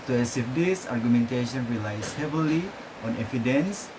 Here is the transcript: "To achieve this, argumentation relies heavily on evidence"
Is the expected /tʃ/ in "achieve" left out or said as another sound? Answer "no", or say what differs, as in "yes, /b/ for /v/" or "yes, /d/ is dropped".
yes, /s/ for /tʃ/